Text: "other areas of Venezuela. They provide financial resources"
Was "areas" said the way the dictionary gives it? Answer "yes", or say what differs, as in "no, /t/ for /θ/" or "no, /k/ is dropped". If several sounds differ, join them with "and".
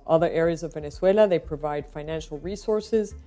yes